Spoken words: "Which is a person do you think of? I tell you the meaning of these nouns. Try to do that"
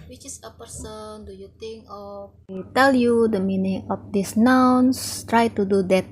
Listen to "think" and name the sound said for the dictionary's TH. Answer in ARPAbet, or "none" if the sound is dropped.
T